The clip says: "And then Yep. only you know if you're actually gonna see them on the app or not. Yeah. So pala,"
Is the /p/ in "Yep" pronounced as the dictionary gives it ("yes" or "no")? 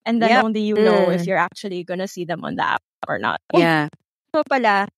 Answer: no